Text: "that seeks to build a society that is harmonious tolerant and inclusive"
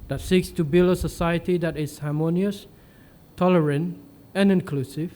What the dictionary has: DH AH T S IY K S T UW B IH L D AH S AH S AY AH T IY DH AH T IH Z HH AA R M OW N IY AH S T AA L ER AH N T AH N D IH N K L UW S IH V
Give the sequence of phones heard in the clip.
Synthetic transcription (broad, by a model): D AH T S IY K S T UW B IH L AH S AH S AY AH T IY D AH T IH S HH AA M OW N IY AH S T AA L ER AH N T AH N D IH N K L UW S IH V